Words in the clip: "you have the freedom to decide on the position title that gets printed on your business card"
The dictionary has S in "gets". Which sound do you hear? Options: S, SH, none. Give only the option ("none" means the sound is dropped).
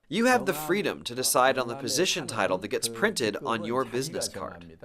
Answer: S